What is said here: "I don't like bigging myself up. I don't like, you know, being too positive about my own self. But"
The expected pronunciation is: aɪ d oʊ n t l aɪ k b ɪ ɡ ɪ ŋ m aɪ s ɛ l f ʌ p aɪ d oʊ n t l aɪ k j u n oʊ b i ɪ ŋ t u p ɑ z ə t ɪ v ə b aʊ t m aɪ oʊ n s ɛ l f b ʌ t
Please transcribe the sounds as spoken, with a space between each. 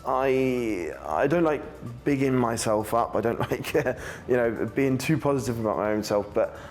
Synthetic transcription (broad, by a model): aɪ d oʊ n t l aɪ k b ɪ ɡ ɪ ŋ m aɪ s ɛ l f ʌ p aɪ d oʊ n t l aɪ k j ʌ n oʊ b i ɪ ŋ t u p ɑ z ə t ɪ v ə b aʊ t m aɪ oʊ n s ɛ l f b ʌ t